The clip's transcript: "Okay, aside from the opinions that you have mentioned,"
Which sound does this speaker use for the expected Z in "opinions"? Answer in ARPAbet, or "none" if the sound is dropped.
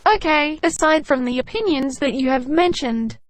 Z